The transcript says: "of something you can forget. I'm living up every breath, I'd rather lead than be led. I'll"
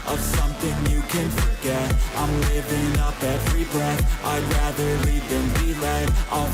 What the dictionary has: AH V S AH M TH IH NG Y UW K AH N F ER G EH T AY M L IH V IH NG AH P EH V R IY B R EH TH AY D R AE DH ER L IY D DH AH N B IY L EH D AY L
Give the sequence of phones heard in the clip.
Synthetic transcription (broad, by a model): AH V S AH M TH IH NG Y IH K AH N F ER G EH T AY M L IH V IH NG AH P EH V R IY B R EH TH AY R AE DH ER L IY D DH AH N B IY L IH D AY